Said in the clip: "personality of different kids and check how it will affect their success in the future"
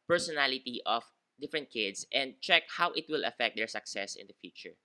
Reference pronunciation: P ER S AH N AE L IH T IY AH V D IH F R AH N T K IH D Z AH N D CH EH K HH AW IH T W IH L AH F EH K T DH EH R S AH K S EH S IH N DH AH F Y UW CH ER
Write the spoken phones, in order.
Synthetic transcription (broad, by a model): P ER S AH N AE L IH T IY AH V D IH F R AH N T K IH D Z AH N D CH EH K HH AW IH T W IH L AH F EH K T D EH R S AH K S EH S IH N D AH F Y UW CH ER